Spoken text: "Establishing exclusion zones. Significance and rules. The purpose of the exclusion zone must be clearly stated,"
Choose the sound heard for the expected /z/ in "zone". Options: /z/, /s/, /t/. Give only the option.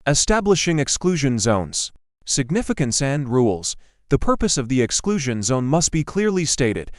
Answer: /z/